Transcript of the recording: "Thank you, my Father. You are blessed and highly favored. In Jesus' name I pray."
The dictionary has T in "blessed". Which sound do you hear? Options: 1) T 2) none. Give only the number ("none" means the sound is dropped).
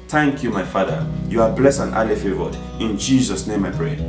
2